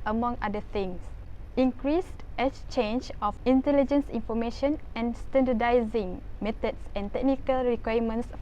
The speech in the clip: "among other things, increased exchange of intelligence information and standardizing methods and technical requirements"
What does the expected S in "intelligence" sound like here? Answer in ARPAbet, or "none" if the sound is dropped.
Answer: S